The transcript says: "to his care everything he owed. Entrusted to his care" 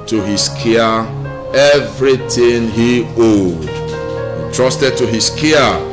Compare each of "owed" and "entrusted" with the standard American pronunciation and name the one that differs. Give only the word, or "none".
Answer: entrusted